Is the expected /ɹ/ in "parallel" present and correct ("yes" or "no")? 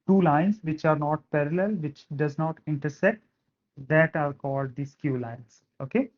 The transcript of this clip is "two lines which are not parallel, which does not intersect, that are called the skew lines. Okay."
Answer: yes